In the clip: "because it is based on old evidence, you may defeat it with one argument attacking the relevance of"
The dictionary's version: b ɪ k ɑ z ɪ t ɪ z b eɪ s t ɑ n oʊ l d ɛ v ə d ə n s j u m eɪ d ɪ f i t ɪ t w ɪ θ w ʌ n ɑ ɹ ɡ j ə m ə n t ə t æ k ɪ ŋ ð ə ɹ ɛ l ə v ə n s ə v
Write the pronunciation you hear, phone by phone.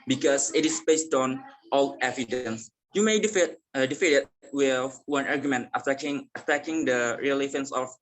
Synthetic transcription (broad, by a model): b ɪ k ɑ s ɪ t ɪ s b eɪ s t ɑ n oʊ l ɛ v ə d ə n s j u m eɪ d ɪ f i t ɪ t w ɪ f w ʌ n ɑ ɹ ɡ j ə m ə n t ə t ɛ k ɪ ŋ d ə ɹ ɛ l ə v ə n s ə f